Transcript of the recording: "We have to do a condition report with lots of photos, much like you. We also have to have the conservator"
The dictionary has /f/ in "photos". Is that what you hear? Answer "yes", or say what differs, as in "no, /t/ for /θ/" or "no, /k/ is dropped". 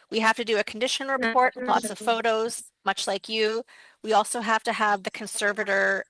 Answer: yes